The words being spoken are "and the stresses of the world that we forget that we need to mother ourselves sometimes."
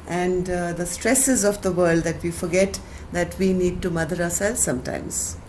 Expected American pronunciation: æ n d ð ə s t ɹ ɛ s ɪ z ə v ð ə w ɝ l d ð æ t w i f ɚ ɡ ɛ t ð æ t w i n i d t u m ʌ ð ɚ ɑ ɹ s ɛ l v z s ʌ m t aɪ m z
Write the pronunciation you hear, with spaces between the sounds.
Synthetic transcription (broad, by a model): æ n d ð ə s t ɹ ɛ s ɪ z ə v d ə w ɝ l d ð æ t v i f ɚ ɡ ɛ t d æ t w i n i d t u m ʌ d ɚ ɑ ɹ s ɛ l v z s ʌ m t aɪ m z